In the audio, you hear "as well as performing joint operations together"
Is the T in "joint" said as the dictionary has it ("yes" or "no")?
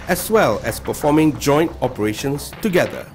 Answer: yes